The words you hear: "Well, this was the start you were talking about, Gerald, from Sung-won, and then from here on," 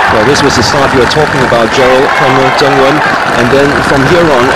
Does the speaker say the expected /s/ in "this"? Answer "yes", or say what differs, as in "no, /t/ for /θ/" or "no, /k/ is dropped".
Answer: yes